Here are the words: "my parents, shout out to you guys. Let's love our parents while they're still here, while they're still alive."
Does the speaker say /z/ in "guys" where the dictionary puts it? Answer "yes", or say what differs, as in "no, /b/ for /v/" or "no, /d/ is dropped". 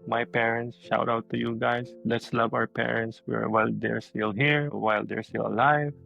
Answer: no, /s/ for /z/